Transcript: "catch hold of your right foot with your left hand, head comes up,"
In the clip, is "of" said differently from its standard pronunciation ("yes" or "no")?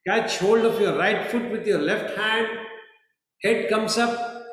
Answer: yes